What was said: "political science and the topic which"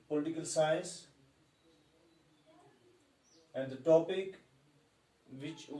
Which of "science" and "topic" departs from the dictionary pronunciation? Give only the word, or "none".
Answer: science